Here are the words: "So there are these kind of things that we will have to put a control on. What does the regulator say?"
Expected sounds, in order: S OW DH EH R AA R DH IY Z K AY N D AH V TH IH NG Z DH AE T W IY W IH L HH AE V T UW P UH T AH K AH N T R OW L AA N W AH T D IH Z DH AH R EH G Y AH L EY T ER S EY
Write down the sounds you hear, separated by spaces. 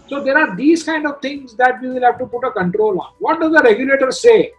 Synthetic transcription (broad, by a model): S OW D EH R AA R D IY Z K AY N D AH V T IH NG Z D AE T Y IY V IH L HH AE V T UW P UH T AH K AH N T R OW L AA N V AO T D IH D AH R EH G Y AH L EY T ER S EY